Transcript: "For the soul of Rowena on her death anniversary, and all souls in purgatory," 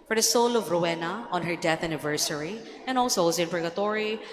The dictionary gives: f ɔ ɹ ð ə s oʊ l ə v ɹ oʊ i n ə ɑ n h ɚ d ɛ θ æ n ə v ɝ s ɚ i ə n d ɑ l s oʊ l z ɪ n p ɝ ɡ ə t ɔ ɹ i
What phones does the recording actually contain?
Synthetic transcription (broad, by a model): f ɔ ɹ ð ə s oʊ l ə v ɹ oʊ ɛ n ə ɑ n h ɚ d ɛ θ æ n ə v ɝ s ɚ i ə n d ɑ l s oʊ z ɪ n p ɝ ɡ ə t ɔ ɹ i